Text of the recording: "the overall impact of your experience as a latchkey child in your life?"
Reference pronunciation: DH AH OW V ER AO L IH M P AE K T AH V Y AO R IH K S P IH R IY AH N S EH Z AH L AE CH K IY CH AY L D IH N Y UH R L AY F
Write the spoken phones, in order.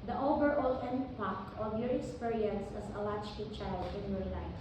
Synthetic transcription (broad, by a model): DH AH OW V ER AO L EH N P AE K AH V Y AO R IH K S P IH R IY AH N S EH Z AH L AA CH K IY CH AY L D IH N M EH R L AY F